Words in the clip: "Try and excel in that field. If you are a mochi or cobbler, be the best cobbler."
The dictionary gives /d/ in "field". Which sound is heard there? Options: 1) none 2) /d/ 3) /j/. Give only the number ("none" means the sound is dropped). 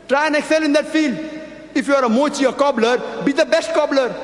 2